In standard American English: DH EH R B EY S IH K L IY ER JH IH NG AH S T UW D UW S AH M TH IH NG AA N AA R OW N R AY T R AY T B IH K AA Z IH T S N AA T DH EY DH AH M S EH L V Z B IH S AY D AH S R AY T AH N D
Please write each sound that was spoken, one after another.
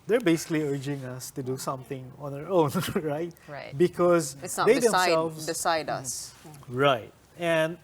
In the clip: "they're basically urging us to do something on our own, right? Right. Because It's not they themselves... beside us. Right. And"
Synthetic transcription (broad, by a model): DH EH R B EY S IH K L IY ER JH IH NG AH S T UW D UW S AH M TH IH NG AA N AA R OW N R AY T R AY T B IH K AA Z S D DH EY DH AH S EH L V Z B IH S AY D AH S R AY T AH N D